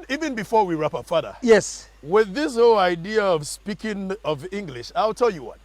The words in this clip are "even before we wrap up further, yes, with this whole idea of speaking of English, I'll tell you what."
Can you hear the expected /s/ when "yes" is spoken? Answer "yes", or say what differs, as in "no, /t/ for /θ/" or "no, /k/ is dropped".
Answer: yes